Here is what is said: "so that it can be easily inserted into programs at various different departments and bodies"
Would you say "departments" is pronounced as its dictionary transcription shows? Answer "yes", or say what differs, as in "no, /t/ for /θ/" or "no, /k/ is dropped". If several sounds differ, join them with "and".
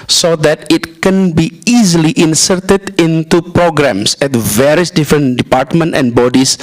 no, /s/ is dropped